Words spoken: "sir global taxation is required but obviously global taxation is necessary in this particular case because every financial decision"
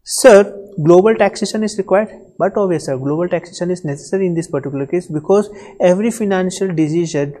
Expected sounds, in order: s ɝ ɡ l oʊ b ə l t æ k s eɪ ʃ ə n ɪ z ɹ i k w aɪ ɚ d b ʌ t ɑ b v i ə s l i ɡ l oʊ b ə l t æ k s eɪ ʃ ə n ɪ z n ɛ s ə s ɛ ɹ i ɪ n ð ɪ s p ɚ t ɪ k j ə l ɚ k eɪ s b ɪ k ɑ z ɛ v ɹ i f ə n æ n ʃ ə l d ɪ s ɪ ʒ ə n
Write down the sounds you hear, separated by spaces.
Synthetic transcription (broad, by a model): s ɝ ɡ l oʊ b ə l t æ k s eɪ ʃ ə n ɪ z ɹ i k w aɪ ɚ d b ʌ t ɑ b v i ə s i ɡ l oʊ b ə l t æ k s eɪ ʃ ə n ɪ z n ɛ s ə s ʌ ɹ i ɪ n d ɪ s p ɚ t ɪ k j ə l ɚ k eɪ s b ɪ k ɑ z ɛ v ɹ i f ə n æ n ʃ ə l d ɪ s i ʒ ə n